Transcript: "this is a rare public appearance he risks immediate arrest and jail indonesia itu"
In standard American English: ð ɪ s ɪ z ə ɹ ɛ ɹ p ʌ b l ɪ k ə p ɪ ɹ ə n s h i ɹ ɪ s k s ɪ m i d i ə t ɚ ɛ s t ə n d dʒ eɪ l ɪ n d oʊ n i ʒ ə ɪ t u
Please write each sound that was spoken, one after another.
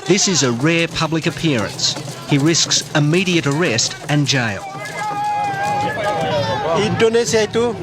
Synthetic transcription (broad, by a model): ð ɪ s ɪ z ə ɹ ɛ ɹ p ʌ b l ɪ k ə p ɪ ɹ ə n s h i ɹ ɪ s k s ɪ m i d i ə t ɚ ɛ s t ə n dʒ eɪ l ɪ d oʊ n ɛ s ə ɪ t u